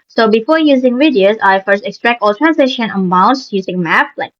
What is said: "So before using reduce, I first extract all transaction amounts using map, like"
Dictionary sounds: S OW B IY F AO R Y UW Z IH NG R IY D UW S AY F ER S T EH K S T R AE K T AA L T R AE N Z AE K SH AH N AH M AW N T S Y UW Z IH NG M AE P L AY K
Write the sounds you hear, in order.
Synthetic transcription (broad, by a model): S OW B IY F AO R Y UW Z IH NG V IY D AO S AY F ER S T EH K S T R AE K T AA L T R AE N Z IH SH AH N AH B AW N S Y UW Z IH NG M AE P L AY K